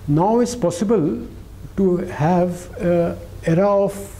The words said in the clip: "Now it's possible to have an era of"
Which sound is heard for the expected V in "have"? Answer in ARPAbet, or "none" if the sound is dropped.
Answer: V